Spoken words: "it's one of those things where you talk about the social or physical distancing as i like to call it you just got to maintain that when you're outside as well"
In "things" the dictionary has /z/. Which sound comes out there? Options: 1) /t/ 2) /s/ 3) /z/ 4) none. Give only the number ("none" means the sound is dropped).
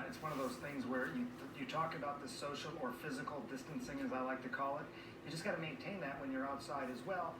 3